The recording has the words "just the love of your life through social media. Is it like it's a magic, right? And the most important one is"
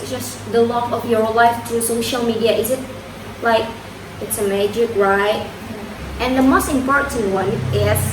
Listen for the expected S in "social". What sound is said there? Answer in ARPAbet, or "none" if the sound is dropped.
S